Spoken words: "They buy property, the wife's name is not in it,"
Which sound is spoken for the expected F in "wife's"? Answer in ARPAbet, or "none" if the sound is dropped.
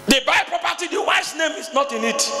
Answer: none